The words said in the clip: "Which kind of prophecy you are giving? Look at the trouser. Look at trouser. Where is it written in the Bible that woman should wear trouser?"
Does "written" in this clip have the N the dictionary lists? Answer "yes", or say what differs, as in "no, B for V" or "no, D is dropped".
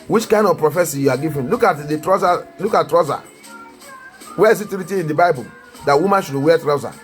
no, N is dropped